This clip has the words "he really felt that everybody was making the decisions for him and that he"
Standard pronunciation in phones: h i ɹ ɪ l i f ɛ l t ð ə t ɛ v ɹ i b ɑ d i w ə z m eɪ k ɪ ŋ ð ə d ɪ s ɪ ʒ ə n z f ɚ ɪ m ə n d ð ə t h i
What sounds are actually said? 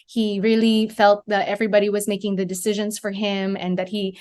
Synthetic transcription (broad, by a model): h i ɹ ɪ l i f ɛ l t ð ə t ɛ v ɹ i b ɑ d i w ə z m eɪ k ɪ ŋ ð ə d ɪ s ɪ ʒ ə n z f ɚ ɪ m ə n ð ə t h i